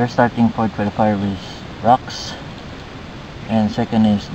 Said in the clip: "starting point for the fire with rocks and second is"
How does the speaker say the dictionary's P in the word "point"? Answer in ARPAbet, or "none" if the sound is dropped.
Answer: F